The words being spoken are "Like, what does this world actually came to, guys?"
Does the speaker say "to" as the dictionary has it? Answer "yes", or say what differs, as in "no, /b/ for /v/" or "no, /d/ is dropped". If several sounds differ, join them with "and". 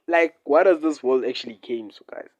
no, /s/ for /t/